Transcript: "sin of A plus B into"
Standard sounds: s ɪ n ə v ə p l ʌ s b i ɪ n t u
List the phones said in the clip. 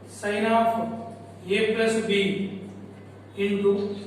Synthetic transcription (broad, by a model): s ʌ n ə p ə p l ʌ s b i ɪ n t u